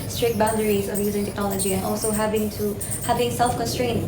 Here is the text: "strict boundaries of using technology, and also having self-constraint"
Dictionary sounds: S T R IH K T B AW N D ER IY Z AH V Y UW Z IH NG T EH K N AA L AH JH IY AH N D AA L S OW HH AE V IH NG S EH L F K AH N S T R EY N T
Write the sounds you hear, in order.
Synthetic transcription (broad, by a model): S T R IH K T B AW N D ER IY Z AH V Y UW Z IH NG T EH K N AA L AH JH IY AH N AA L S OW HH AE V IH NG S EH L F K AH N S T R EY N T